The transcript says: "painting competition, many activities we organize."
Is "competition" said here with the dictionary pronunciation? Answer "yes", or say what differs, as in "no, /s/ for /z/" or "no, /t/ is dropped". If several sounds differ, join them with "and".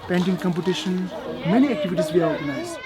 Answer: yes